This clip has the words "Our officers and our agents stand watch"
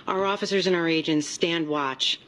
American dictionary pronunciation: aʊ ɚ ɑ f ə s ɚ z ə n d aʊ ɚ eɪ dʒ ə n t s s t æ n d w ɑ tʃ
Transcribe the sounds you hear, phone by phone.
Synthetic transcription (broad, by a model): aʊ ɚ ɑ f ə s ɚ z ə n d aʊ ɚ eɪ dʒ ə n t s s t æ n d w ɑ tʃ